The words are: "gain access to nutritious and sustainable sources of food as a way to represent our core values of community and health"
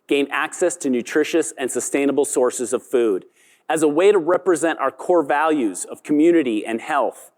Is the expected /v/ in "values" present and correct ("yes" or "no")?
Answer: yes